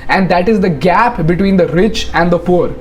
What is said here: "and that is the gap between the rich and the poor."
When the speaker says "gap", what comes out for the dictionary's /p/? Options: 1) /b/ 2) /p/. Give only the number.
2